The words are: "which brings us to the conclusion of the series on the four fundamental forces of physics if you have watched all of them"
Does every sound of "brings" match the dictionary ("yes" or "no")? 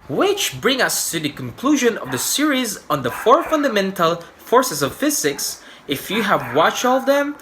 no